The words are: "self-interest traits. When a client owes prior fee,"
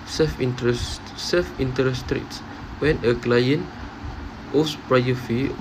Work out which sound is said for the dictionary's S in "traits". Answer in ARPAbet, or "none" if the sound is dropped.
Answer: S